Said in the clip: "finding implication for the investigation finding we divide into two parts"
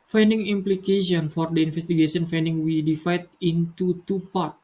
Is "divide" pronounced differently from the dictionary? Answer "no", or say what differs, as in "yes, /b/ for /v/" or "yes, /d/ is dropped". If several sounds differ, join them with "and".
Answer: yes, /f/ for /v/